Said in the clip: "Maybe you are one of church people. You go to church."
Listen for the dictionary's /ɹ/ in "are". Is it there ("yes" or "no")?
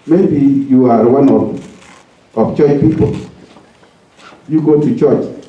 yes